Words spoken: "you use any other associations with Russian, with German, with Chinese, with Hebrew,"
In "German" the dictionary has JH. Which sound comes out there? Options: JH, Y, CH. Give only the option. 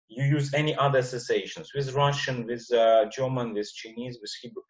JH